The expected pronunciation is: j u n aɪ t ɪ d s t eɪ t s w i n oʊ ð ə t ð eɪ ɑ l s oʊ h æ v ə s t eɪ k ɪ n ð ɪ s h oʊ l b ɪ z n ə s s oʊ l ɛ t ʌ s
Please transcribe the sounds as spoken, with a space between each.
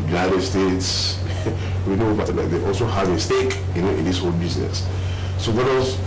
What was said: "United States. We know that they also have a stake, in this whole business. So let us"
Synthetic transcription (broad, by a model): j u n aɪ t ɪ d s t eɪ t s w i n oʊ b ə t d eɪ ɑ l s oʊ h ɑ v ə s t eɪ k ɪ n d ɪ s h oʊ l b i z n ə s s oʊ w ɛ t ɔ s